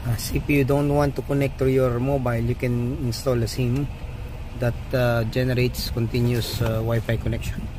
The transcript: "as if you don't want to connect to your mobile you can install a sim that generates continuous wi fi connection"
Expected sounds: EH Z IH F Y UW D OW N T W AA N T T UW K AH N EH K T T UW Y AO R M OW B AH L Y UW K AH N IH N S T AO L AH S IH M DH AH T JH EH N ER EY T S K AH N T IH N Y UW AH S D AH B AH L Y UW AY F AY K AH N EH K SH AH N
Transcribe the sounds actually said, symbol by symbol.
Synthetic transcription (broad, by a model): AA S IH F Y UW D OW N T W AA N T T UW K AH N EH K T T UW Y AO R M OW B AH L Y UW K AH N IH N S T AO L AH S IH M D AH T JH EH N ER EY T S K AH N T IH N Y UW S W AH Y F AY K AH N EH K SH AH N